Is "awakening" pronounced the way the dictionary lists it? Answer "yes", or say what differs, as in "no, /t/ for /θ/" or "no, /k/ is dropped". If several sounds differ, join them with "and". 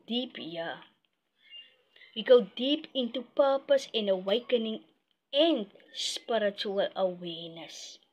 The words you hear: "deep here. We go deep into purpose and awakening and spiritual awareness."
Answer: yes